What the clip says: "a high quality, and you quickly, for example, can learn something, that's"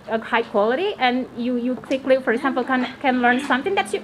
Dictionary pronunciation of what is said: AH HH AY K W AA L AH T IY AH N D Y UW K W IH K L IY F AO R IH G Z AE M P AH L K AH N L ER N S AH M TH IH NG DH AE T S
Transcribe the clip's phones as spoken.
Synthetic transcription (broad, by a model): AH HH AY K W AA L AH T IY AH N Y Y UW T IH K L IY F AO R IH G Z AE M P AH N K AH N L ER N S AH M TH IH NG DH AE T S